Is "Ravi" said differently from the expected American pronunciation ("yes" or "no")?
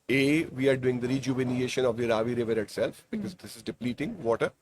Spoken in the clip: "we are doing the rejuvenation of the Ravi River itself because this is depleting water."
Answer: no